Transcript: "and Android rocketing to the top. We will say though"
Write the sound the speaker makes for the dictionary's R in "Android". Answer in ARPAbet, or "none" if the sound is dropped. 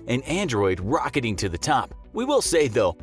R